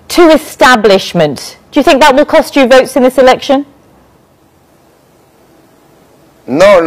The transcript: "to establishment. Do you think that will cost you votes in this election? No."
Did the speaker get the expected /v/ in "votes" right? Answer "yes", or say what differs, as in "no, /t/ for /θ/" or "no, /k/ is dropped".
yes